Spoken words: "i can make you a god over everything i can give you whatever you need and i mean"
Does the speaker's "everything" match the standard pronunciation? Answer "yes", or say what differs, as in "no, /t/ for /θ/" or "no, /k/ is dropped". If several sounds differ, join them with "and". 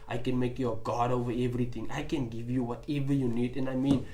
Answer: no, /t/ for /θ/